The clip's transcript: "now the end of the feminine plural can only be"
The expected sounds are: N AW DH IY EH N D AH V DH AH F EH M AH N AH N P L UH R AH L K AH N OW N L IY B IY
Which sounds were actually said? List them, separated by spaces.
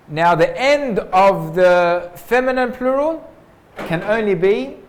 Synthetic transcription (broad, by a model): N AW DH IY EH N D AH V DH AH F EH M AH N AH N P L UH R AH L K AH N OW N L IY B IY